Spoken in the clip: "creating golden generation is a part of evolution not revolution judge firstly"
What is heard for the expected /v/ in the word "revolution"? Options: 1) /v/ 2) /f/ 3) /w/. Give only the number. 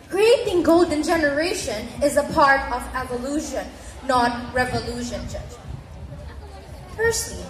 1